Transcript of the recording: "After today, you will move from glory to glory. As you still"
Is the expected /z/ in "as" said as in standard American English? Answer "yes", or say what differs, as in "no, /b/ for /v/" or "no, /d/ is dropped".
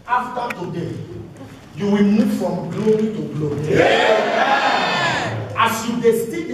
no, /s/ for /z/